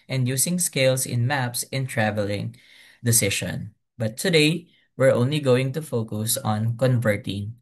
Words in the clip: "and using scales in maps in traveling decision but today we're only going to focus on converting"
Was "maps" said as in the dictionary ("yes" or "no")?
yes